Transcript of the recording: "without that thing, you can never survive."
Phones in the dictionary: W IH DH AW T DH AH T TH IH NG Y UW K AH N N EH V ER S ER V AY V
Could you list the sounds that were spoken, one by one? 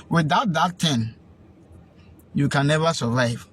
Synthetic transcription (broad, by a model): W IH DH AW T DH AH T T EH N Y UW K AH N N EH V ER S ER V AY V